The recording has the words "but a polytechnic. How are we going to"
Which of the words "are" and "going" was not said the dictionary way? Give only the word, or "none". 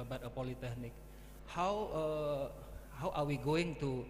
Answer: are